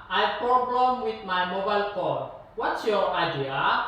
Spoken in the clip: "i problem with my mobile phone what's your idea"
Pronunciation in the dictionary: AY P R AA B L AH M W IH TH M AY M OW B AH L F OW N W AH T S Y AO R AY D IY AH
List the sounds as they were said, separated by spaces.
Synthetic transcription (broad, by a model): AY P R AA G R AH M W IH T M AY M OW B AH L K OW L W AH T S Y AO R AY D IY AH